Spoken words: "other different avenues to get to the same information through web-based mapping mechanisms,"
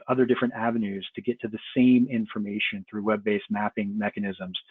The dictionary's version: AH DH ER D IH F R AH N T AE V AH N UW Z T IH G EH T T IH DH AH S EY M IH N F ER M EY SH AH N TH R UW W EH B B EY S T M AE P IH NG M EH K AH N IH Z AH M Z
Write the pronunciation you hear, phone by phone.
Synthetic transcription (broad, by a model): AH DH ER D IH F R AH N T AE V AH N UW Z T IH G EH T T IH DH AH S EY M IH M F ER M EY SH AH N TH R UW W EH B B EY S M AE P IH NG M EH K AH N IH Z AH M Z